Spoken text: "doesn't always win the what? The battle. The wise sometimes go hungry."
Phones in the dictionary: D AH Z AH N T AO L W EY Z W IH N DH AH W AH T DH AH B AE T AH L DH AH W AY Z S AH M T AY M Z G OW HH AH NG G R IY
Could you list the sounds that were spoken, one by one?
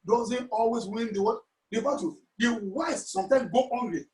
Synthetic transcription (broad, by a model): D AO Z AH N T AO L W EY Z W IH N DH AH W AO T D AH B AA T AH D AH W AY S S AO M T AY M G OW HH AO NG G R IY